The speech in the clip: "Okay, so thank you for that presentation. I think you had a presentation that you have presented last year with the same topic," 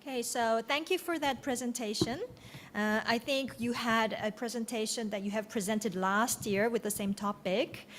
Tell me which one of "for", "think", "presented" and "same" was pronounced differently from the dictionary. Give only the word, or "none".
none